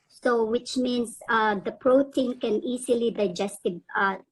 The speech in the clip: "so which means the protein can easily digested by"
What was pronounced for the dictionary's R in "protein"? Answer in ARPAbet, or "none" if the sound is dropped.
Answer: R